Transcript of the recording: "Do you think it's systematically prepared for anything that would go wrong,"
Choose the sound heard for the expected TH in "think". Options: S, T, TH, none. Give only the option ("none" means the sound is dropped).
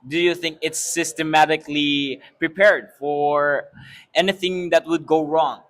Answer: TH